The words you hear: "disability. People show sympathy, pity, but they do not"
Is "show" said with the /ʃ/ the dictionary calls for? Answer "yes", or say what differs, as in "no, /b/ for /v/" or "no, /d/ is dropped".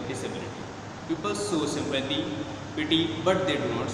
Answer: no, /s/ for /ʃ/